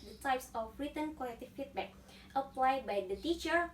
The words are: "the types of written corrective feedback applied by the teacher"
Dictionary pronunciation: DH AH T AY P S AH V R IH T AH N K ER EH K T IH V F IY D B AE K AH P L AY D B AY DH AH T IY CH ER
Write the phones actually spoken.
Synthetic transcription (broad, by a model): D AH T AY P S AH F R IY T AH N K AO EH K T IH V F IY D B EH K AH P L AY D B AY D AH T IY CH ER